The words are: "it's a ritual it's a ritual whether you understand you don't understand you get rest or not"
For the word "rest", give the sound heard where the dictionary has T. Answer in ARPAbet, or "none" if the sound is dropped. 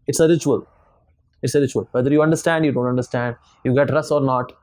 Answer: none